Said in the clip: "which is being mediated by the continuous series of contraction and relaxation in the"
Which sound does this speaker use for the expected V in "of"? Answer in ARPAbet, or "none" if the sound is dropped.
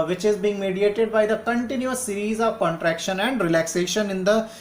V